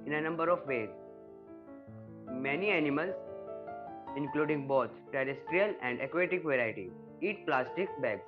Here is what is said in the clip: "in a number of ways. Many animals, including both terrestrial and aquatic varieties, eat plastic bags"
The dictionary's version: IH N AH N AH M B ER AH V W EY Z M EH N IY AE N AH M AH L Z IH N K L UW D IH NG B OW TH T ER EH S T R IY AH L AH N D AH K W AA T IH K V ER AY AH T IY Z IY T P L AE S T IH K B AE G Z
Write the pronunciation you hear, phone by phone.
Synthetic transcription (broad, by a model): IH N AH N AH M B ER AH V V EY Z M EH N IY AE N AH M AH L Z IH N K L UW D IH NG B OW T T ER EH S T R IY AH L AH N D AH K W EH T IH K V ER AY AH T IY IY T P L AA S T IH K B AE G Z